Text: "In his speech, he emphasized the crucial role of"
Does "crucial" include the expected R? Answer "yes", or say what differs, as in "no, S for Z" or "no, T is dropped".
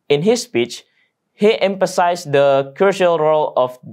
no, R is dropped